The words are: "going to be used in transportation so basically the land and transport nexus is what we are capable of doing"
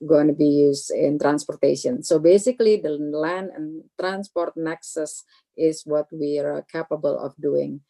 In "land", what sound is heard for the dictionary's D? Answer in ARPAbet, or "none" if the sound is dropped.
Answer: none